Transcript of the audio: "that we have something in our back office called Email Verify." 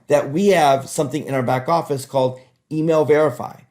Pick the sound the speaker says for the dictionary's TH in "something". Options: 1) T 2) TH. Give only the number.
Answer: 2